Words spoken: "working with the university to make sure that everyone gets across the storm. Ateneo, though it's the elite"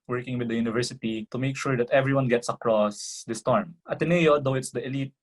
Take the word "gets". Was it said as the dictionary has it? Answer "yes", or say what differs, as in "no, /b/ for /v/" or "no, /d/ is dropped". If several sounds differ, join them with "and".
yes